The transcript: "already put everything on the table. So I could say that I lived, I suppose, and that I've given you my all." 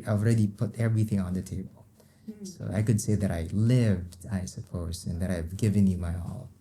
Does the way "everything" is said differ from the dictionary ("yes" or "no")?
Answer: no